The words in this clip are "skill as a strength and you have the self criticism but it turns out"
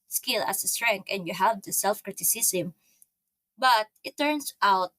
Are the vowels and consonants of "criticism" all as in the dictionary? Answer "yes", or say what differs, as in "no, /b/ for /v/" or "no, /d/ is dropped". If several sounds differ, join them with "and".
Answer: no, /s/ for /z/